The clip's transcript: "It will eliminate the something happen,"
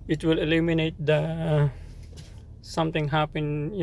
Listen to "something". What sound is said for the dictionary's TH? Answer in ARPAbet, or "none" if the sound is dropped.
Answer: T